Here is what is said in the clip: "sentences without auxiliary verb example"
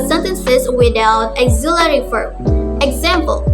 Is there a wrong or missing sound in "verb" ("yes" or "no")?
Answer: yes